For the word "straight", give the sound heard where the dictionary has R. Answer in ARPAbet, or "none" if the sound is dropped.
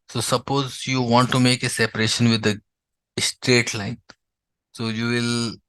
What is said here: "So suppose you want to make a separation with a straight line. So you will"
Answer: R